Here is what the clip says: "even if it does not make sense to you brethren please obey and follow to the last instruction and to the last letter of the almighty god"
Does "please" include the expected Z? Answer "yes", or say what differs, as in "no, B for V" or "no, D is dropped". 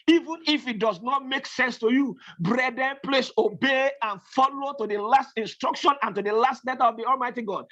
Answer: no, S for Z